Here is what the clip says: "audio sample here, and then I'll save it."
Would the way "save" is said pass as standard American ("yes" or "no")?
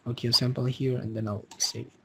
no